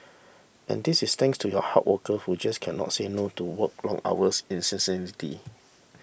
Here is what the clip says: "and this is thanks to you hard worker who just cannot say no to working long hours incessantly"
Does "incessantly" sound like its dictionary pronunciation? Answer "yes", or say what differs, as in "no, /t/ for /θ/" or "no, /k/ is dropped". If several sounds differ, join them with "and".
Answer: no, /l/ is dropped